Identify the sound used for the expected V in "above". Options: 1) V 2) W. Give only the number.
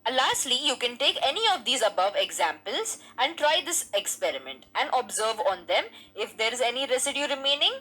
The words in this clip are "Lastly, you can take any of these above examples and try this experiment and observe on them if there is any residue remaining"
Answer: 1